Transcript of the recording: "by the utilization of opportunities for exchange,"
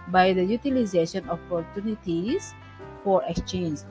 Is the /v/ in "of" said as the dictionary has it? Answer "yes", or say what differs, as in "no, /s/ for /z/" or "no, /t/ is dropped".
no, /p/ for /v/